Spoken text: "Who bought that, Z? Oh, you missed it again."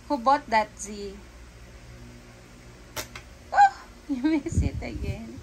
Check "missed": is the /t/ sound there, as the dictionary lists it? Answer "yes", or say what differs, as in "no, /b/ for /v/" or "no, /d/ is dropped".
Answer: no, /t/ is dropped